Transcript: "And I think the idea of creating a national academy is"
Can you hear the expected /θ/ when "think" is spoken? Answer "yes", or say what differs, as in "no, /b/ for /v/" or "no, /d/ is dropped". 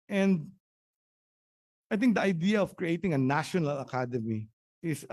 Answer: no, /t/ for /θ/